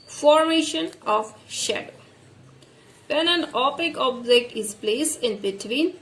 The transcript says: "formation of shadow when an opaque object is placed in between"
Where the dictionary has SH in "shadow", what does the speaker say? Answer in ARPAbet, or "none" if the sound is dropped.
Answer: SH